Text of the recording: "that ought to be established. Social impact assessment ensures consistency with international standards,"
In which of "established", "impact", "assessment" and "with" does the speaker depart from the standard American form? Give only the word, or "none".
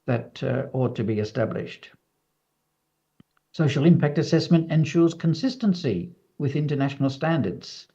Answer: none